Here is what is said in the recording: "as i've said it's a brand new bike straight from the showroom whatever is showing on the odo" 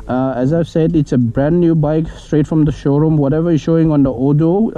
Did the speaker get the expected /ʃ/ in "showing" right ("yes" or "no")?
yes